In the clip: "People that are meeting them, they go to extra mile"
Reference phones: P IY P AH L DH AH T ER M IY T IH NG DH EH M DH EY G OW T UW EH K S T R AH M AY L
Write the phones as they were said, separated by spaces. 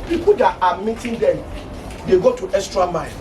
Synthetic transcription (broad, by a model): P IY P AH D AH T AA M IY T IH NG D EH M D EY G OW T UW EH S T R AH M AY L